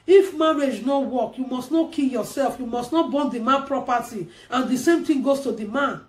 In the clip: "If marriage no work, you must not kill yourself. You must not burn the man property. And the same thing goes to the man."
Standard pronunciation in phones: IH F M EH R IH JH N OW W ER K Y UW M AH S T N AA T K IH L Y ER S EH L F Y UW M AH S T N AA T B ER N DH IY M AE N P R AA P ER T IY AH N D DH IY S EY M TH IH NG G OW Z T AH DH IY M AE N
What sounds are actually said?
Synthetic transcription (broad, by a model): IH F M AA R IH JH N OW W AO K Y UW M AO S T N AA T K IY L Y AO S EH L F Y UW M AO S T N AA T B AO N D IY M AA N P R AA P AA T IY AH N D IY S EY M T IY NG G OW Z T AH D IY M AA N